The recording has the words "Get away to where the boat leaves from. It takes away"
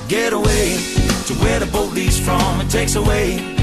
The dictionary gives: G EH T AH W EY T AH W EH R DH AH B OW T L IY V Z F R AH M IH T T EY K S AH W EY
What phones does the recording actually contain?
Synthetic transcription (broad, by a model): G EH T AH W EY T AH W EH R DH AH B OW T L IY Z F R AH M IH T T EY K S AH W EY